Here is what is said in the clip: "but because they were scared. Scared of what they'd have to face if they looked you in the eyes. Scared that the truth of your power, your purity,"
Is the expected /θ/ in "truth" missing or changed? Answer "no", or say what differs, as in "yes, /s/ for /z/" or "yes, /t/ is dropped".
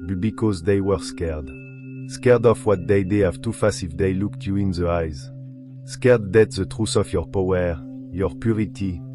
yes, /s/ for /θ/